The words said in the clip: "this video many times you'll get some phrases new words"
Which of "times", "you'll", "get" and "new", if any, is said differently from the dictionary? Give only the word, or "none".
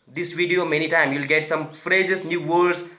times